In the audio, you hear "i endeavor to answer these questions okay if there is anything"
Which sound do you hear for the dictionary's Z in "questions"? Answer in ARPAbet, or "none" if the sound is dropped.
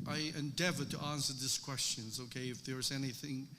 Z